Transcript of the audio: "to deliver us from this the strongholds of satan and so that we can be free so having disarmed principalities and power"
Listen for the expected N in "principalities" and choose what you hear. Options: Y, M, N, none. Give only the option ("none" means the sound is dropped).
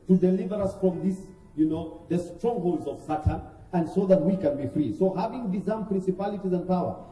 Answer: N